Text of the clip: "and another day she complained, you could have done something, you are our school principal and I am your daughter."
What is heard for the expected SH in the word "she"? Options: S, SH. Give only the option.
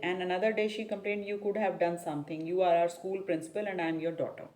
SH